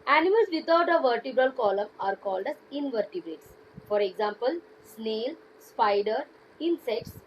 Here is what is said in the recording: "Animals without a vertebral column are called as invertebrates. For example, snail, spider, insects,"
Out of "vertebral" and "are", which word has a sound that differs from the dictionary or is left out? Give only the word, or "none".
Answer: none